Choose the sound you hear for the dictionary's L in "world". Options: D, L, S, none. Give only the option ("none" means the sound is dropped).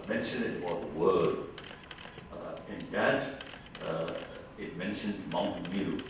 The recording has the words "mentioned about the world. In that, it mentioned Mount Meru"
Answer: none